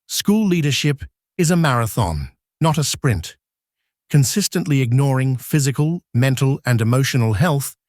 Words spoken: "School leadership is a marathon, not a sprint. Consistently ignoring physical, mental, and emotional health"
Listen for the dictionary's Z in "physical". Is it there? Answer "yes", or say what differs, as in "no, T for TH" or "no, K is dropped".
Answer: yes